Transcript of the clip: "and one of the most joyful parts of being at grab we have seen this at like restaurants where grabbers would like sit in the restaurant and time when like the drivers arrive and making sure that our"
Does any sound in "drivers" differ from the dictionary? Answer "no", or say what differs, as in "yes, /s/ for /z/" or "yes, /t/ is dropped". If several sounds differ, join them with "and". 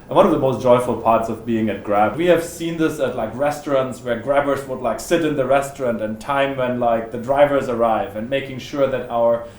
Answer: no